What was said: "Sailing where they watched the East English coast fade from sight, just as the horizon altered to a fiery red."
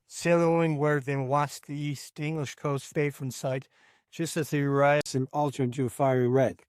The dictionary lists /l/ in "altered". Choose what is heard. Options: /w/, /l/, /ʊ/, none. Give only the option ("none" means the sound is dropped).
/l/